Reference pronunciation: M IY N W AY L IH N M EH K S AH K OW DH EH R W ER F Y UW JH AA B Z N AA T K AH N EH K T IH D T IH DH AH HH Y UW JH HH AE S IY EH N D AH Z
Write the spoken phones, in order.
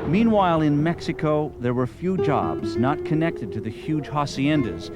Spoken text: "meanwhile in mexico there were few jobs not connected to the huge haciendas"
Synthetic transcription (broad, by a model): M IY N W AY L IH N M EH K S AH K OW DH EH R W ER F Y UW JH AA B Z N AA T K AH N EH K T IH D T IH DH AH HH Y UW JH HH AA S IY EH N D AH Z